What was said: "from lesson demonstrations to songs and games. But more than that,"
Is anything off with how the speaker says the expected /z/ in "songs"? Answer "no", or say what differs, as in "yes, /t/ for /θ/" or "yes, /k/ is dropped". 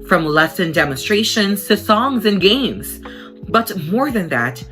no